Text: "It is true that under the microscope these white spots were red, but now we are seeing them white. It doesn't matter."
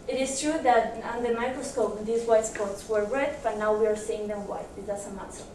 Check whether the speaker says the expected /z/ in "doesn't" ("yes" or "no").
no